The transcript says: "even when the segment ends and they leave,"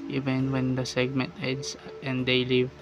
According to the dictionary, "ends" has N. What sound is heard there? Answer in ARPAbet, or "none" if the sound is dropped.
none